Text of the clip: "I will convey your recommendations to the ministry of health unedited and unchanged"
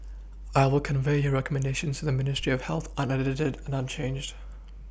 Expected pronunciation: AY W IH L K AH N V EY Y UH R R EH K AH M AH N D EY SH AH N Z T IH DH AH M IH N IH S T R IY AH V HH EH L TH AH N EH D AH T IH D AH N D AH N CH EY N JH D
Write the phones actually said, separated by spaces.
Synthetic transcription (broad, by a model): AY W IH L K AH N V EY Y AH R R EH K AH M AH N D EY SH AH N Z T IH DH AH M IH N IH S T R IY AH V HH EH L TH AH N EH D AH T IH D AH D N AH N CH EY N JH D